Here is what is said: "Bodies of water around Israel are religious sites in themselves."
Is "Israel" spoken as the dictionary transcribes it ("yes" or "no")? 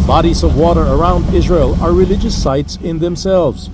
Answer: yes